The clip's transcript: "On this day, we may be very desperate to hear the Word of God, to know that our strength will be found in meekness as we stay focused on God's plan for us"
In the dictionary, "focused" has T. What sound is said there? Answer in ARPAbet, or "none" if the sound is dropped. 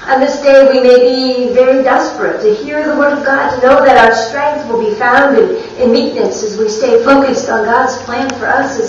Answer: T